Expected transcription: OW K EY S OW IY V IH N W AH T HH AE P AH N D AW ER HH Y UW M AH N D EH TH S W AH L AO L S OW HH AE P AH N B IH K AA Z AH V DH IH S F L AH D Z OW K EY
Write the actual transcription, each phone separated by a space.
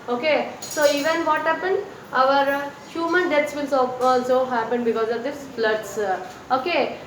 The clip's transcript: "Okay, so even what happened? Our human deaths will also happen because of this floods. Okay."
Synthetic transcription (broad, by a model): OW K EY S OW IY V IH N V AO T HH AE P AH N D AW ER HH Y UW M AH N D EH T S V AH L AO S OW HH AE P AH N B IH K AA Z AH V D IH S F L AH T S OW K EY